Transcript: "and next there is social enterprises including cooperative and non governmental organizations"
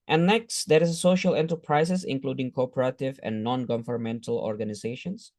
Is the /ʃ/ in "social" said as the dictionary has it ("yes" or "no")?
yes